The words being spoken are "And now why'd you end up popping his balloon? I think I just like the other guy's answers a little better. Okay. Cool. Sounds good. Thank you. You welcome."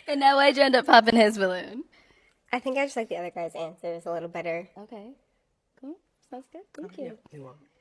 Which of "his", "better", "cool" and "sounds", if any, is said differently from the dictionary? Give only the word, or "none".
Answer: none